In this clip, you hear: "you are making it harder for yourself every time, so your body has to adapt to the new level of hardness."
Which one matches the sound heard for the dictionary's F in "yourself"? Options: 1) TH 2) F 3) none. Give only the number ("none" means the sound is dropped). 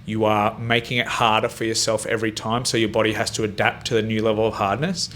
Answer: 2